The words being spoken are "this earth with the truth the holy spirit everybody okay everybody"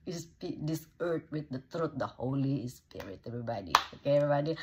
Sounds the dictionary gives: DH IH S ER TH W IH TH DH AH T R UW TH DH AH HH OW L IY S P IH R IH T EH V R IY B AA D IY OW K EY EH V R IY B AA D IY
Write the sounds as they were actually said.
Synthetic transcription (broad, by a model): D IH S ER T W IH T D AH T R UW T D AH HH OW L IY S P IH W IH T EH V R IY B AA D IY OW K EY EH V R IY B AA D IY